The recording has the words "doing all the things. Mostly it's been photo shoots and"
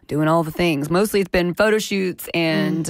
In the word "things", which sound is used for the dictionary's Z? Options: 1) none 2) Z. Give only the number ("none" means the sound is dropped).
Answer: 2